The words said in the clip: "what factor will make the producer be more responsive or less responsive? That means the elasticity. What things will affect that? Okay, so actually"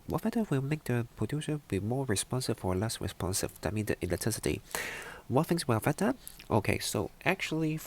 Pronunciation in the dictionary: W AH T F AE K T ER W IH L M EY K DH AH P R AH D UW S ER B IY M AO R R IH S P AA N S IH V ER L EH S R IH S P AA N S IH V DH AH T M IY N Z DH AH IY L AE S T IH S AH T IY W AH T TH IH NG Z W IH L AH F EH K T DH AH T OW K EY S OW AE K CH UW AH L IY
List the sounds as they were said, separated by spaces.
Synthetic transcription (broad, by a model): W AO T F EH T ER W IH L M EY K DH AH P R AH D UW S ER B IY M AO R R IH S P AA N S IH F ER L EH S R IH S P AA N S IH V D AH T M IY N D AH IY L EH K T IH S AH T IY W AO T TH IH NG S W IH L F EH T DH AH T OW K EY S OW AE K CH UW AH L IY